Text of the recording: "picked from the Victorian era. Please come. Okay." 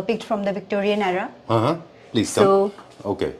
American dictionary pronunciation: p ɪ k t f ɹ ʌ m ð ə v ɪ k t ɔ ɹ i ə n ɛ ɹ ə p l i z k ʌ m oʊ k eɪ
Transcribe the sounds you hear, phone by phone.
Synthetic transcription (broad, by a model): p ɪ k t f ɹ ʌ m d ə v ɪ k t ɔ ɹ i ə n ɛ ɹ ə p l i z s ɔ oʊ k eɪ